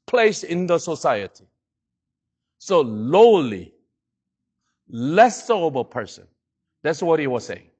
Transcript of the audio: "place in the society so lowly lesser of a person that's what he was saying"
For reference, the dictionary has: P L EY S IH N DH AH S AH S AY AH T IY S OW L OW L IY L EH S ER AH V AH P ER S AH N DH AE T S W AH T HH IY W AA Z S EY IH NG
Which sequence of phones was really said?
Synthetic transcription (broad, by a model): P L EY S IH N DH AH S AH S AY AH T IY S OW L OW L IY L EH S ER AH B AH P ER S AH N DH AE T S W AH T HH IY W AA Z S EY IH NG